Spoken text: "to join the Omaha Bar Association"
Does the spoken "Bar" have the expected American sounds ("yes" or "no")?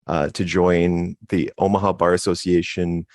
yes